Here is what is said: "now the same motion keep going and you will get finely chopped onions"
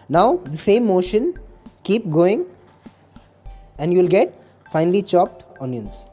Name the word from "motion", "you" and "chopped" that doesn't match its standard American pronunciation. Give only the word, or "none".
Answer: none